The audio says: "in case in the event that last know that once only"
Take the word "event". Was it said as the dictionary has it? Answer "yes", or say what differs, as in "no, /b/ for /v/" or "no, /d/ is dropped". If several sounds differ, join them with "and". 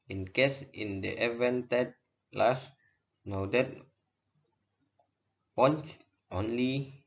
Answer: yes